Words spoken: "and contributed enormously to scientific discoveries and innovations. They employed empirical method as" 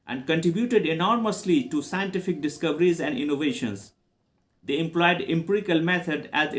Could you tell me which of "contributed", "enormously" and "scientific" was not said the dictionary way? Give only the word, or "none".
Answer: none